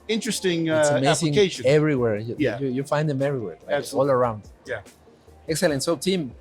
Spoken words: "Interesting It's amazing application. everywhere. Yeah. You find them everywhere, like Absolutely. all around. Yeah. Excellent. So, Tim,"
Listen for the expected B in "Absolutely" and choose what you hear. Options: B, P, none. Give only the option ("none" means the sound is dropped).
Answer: none